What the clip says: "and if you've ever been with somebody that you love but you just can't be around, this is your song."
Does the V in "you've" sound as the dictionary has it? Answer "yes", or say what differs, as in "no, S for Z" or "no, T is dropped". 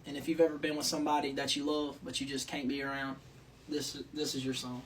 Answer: yes